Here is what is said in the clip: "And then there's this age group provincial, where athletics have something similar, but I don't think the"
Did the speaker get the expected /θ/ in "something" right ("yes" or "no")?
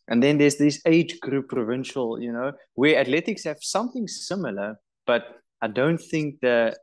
yes